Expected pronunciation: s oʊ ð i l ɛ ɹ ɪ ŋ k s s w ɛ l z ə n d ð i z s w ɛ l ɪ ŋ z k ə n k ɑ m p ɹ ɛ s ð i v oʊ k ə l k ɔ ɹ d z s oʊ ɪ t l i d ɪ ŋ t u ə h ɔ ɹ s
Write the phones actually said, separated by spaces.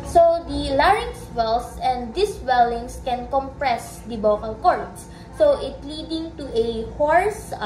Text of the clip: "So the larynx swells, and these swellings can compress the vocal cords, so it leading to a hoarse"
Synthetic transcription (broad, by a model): s oʊ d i l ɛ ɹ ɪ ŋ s s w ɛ l s ə n d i s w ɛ l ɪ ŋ s k ə n k ɑ m p ɹ ɛ s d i b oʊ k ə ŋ k ɔ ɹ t s oʊ ɪ t l i d ɪ ŋ t u ə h ɔ ɹ s